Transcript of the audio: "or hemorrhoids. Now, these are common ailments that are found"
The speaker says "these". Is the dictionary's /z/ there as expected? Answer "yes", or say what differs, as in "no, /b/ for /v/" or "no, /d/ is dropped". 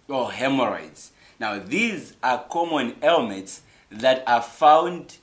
yes